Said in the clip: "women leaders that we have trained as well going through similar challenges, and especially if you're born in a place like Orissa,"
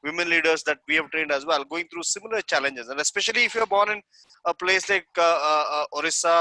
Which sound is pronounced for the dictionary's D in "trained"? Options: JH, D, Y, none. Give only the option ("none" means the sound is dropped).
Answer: D